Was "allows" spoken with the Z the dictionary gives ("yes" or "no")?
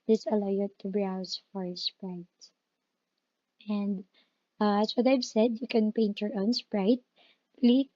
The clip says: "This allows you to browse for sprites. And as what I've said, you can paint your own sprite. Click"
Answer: no